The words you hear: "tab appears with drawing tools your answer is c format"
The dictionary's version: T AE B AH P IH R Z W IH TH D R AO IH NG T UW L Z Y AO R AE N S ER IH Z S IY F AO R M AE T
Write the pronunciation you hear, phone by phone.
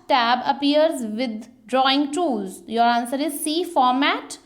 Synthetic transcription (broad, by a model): T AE B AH P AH R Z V IH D D R AO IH NG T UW Z Y AO R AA N S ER IH Z S IY F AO R M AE T